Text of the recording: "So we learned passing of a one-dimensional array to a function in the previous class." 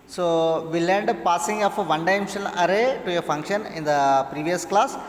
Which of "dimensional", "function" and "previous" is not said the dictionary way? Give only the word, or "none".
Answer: dimensional